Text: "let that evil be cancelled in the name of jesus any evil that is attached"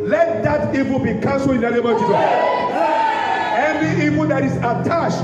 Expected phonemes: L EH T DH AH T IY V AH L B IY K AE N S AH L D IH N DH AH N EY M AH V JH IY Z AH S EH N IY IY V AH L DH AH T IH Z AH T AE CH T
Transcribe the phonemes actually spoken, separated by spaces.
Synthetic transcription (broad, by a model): L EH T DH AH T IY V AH B IY K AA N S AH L IH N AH L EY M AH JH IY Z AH EH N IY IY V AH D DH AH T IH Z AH T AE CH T